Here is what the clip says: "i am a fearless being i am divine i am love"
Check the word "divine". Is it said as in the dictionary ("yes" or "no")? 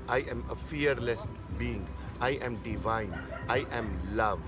yes